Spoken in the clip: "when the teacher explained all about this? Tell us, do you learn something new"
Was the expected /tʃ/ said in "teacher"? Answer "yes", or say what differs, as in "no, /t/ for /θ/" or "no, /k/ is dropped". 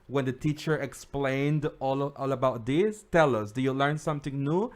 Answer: yes